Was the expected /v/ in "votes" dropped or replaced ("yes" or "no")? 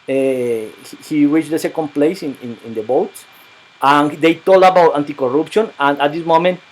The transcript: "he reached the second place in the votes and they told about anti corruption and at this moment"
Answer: yes